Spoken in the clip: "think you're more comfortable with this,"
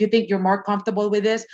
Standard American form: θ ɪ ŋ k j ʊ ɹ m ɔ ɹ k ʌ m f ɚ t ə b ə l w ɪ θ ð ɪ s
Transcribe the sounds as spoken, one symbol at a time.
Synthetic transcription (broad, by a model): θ ɪ ŋ k j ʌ ɹ m ɔ ɹ k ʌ m f t ə b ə l w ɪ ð ɪ s